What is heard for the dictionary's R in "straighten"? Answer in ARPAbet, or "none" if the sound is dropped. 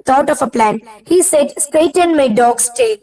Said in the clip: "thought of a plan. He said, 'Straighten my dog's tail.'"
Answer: none